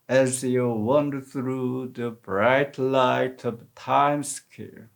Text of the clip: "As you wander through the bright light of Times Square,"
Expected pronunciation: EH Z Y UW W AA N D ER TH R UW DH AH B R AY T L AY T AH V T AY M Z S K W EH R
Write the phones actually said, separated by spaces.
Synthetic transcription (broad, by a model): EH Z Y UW W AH N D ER TH R UW DH AH B R AY T L AY T AH V T AY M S K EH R